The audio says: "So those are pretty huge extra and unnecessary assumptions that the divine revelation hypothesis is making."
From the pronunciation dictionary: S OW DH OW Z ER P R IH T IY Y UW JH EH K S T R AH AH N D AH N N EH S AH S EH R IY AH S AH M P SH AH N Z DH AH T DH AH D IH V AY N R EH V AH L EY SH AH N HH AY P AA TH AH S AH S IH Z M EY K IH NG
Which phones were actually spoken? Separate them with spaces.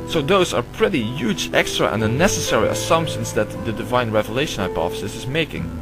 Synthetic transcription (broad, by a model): S OW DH OW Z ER P R IH T IY Y UW JH EH K S T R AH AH N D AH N N EH S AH S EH R IY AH S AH M P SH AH N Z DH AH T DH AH D IH V AY N R EH V AH L EY SH AH N HH AY P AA F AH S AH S IH Z M EY K IH NG